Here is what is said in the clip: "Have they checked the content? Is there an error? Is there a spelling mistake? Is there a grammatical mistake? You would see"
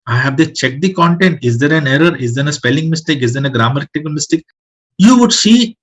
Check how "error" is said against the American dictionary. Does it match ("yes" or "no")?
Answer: yes